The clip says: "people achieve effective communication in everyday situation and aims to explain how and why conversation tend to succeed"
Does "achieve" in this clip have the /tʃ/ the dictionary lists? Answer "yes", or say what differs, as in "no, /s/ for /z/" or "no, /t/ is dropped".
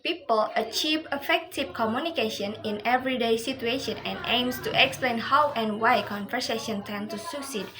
yes